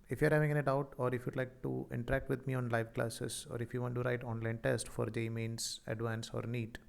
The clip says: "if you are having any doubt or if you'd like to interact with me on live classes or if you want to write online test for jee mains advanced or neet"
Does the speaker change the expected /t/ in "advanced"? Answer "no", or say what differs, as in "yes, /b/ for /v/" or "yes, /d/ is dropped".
yes, /t/ is dropped